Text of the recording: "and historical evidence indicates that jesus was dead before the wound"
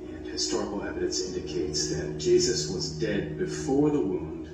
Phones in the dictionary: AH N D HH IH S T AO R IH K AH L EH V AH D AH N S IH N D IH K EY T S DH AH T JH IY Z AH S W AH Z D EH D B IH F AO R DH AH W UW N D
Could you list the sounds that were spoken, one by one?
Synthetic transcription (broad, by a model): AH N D HH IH S T AO R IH K L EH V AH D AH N S IH N D IH K EY T S DH AH T JH IY Z AH S W AH Z D EH D B IH F AO R DH AH W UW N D